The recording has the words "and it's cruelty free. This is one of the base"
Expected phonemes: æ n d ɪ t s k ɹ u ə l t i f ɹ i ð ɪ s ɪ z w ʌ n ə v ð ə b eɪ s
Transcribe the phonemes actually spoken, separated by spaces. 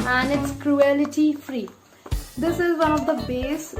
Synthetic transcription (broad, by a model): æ n d ɪ t s k ɹ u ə l t i f ɹ i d ɪ s ɪ z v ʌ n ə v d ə b eɪ s